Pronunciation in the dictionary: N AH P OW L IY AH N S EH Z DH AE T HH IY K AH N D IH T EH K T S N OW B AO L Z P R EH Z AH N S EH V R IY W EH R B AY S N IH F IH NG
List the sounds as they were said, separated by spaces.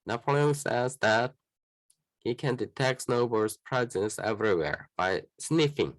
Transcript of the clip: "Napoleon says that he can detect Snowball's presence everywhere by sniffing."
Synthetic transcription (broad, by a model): N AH P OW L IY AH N S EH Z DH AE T HH IY K AH N D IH T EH K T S N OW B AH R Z P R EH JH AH S EH V R IY W EH R B AY S N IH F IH NG